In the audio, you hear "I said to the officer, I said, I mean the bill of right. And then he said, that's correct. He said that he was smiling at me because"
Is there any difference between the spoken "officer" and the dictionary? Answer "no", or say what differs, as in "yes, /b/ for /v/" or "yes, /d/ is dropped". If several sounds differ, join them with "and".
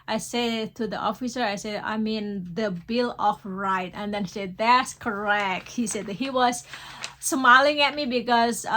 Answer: no